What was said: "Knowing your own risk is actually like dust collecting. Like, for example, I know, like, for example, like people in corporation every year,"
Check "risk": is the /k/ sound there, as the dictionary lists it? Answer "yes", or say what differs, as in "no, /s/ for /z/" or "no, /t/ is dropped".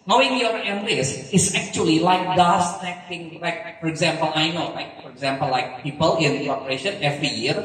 no, /k/ is dropped